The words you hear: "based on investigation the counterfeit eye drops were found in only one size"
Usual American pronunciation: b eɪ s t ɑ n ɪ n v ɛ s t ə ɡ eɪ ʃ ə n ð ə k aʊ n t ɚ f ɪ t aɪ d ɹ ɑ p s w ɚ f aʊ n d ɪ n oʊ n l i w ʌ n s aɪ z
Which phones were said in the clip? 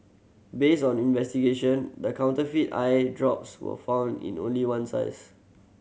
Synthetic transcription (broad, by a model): b eɪ s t ɑ n ɪ n v ɛ s t ə ɡ eɪ ʃ ə n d ə k aʊ n t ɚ f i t aɪ d ɹ ɑ p s w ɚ f aʊ n d ɪ n oʊ n l i w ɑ n s aɪ s